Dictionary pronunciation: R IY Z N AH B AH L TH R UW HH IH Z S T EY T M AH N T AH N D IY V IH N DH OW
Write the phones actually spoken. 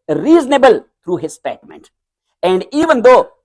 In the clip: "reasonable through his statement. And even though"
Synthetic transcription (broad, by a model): R IY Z N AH B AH L T R UW HH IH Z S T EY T M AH N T AH N D IY V IH N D OW